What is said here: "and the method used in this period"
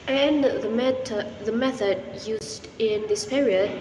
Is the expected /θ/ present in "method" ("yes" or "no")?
yes